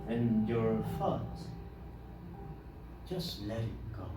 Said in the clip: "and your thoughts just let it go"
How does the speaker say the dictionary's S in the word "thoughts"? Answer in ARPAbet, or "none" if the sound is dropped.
none